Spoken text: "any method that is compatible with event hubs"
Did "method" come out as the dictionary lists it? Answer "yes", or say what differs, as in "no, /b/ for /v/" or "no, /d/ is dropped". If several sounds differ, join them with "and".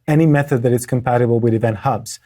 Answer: yes